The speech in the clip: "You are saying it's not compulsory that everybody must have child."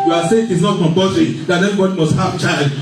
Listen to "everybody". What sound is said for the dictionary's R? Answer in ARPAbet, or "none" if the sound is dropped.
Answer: none